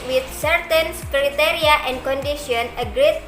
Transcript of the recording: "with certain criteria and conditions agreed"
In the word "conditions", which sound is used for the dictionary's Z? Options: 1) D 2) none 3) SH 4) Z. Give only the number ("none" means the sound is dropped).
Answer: 2